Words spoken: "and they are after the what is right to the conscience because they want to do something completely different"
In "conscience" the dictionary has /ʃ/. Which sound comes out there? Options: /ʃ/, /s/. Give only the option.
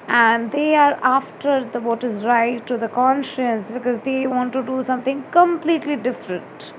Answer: /ʃ/